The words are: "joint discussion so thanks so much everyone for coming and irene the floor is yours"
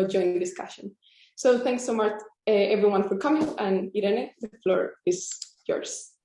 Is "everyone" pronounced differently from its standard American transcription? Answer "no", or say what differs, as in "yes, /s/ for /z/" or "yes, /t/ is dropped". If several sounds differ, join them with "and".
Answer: no